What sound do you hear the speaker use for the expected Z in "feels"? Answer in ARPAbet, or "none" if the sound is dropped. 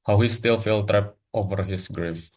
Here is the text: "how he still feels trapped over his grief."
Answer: none